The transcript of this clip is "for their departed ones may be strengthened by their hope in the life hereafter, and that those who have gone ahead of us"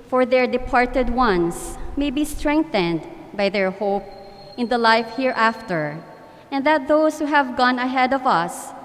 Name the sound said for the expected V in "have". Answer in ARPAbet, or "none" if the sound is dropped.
V